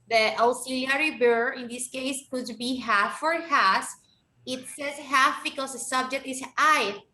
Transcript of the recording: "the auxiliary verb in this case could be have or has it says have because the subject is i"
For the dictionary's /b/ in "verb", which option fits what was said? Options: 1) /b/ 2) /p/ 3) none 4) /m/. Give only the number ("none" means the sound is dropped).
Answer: 3